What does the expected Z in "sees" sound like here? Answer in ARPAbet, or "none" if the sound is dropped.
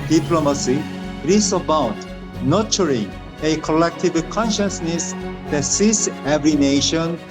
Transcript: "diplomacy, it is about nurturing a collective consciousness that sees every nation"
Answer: S